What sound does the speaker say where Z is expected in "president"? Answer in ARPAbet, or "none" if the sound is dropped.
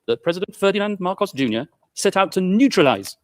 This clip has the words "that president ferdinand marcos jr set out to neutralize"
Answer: Z